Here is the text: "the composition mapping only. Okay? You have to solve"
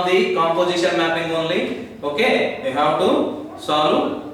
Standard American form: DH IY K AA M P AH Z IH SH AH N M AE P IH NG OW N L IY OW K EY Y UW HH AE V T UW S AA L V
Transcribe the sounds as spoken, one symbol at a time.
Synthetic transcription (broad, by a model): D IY K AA M P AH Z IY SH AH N M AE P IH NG OW N L IY OW K EY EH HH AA W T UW S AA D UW